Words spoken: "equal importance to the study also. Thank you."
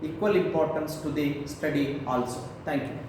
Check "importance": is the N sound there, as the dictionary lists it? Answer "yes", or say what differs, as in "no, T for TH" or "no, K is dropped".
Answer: yes